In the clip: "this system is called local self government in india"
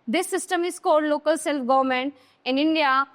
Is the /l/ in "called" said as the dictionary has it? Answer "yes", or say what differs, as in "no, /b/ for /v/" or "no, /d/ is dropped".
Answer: no, /l/ is dropped